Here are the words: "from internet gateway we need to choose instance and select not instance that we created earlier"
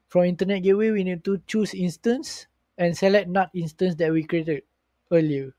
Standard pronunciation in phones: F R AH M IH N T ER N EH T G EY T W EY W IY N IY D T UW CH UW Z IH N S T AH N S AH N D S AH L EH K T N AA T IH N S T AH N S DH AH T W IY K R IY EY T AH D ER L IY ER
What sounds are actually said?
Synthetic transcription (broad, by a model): F R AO M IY N T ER N EH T G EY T W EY W IY N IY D T UW CH UW S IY N S T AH N S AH N S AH L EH T N AA T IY N S T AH N S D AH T W IY K R IY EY T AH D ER L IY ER